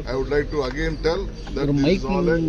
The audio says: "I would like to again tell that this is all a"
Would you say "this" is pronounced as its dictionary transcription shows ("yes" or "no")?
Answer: no